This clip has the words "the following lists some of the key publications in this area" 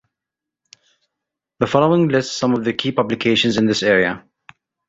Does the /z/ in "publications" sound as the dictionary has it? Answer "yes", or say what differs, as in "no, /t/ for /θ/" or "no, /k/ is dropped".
yes